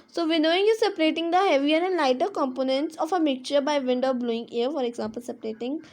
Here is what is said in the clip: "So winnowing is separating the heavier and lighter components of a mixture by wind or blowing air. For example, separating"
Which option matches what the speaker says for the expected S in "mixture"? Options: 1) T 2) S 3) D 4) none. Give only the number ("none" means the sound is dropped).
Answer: 4